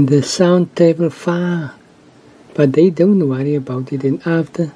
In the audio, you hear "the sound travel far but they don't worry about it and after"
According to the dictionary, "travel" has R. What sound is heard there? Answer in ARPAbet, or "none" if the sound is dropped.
none